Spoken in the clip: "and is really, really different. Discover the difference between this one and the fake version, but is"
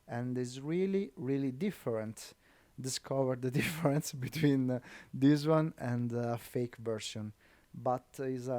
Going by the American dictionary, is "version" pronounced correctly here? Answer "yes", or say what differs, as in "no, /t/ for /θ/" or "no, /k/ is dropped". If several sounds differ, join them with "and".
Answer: no, /s/ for /ʒ/